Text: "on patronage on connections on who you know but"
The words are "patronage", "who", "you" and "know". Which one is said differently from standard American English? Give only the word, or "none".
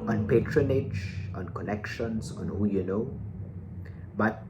none